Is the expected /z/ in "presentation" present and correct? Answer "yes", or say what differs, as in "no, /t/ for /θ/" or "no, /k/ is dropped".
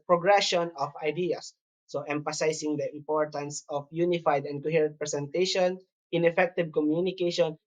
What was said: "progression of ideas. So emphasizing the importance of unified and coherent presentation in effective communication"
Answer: no, /s/ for /z/